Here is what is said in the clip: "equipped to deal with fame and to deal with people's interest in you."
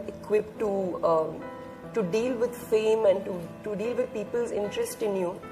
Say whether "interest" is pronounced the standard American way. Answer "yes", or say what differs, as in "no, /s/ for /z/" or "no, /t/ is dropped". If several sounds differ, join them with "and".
yes